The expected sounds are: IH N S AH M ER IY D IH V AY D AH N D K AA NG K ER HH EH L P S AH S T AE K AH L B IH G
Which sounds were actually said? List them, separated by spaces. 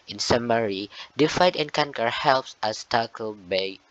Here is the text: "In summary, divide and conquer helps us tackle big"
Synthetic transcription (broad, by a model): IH N S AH M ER IY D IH F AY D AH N K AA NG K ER HH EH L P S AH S T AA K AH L B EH